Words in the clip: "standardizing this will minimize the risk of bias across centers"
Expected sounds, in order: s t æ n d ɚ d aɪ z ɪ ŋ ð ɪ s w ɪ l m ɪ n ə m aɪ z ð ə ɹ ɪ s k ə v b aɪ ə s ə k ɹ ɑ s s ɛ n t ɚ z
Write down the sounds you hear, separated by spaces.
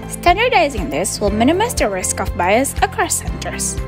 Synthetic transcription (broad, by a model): s t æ n d ɚ d aɪ z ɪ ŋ ð ɪ s w ɪ l m ɪ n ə m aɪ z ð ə ɹ ɪ s k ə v b aɪ ə s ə k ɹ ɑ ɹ s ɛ n t ɚ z